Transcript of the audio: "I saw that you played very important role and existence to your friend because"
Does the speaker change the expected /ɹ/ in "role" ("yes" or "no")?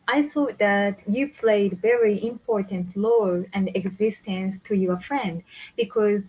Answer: yes